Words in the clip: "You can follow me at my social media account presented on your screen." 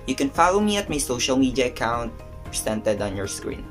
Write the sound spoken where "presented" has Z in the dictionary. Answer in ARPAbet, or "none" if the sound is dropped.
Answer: S